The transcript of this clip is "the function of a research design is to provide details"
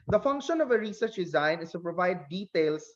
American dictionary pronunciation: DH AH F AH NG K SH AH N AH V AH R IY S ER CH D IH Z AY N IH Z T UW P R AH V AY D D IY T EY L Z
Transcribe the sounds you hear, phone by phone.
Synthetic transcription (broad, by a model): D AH F AH NG K SH AH N AH V AH R IY S ER CH D IH Z AY N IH S T UW P R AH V AY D D IY T EY L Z